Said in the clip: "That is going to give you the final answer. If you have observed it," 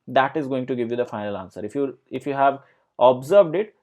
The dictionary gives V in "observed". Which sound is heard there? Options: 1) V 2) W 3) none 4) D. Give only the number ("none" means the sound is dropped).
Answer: 1